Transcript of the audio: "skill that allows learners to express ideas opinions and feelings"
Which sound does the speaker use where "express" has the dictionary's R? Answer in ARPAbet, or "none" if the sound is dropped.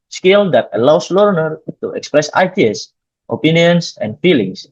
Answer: R